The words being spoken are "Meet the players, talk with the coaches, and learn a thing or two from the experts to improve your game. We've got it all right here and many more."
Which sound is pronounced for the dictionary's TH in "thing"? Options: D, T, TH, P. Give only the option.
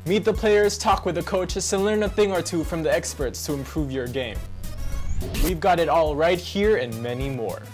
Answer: TH